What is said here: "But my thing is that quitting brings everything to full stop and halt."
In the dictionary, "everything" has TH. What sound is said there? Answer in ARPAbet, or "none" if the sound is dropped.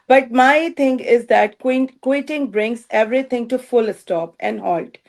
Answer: T